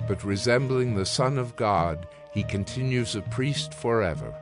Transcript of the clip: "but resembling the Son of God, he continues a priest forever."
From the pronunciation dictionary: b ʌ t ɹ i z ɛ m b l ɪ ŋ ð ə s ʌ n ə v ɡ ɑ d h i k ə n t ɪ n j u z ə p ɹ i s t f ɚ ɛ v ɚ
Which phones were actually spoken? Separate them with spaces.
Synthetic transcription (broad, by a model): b ʌ t ɹ i z ɛ m b l ɪ ŋ ð ə s ʌ n ə v ɡ ɑ d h i k ə n t ɪ n j u z ə p ɹ i s t f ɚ ɛ v ɚ